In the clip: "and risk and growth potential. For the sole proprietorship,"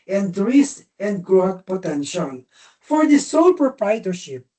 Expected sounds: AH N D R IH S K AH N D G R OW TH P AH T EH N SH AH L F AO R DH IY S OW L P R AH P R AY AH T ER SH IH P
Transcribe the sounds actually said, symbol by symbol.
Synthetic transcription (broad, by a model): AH N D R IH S AH N D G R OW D P AH T EH N SH AH L F AO R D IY S OW L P R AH P R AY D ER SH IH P